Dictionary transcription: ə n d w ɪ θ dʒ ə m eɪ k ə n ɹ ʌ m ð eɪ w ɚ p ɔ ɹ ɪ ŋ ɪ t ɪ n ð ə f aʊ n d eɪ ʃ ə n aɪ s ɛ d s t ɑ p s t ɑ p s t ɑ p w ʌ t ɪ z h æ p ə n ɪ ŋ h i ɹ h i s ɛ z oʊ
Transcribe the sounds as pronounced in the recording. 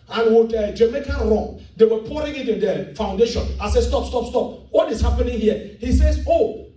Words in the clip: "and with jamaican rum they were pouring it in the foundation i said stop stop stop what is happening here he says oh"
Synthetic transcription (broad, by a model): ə n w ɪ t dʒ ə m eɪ k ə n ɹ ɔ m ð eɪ w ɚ p ɔ ɹ ɪ ŋ ɪ t ɪ n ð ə f aʊ n d eɪ ʃ ə n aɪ s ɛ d s t ɑ p s t ɑ p s t ɑ p w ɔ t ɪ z h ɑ p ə n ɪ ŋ h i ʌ h i s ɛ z oʊ